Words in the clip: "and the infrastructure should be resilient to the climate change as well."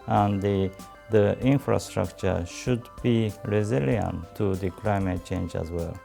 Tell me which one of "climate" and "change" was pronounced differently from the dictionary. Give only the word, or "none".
none